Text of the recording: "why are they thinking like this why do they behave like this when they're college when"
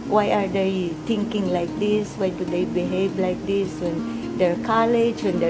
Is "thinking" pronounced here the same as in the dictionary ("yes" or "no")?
no